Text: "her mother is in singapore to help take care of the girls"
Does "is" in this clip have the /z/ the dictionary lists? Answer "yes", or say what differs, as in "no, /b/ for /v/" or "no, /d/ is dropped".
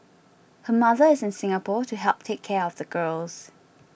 yes